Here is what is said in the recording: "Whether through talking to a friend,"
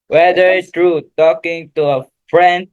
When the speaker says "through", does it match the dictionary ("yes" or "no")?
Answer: no